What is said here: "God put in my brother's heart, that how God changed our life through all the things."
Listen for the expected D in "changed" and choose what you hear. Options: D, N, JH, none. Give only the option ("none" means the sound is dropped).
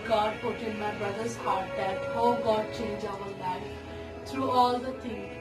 none